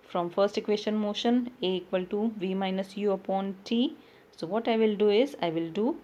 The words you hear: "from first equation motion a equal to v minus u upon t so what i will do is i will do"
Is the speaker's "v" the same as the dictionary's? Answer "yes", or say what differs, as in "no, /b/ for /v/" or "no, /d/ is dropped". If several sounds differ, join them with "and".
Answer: yes